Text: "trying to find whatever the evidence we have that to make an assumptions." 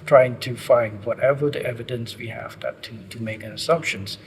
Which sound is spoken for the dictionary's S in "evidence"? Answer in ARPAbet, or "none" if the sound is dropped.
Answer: S